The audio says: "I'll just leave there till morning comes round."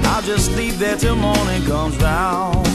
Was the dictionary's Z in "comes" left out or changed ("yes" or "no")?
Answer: no